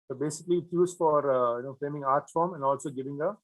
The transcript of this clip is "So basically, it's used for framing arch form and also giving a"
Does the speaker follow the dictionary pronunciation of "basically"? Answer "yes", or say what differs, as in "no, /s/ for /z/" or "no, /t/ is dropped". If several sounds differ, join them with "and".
yes